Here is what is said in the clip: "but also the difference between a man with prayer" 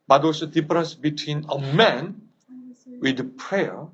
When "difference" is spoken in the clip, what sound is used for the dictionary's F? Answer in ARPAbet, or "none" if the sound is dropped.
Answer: none